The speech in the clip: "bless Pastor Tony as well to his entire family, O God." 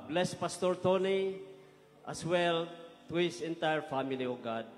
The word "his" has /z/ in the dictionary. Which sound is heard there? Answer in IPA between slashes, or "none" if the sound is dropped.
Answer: /s/